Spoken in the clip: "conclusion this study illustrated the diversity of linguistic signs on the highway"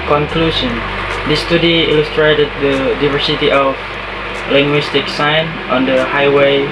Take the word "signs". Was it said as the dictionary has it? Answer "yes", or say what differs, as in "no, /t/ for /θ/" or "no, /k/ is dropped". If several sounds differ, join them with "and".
no, /z/ is dropped